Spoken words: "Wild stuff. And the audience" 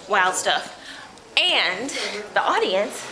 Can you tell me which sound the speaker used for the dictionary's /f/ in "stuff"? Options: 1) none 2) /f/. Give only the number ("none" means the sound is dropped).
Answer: 2